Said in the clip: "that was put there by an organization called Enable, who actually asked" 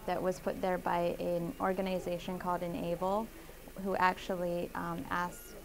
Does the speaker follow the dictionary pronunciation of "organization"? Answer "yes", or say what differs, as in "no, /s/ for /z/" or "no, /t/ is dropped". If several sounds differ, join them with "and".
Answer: yes